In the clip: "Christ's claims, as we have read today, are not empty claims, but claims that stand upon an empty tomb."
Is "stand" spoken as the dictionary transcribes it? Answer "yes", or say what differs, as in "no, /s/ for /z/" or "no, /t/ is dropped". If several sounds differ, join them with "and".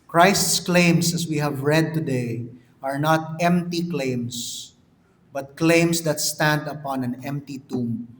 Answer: yes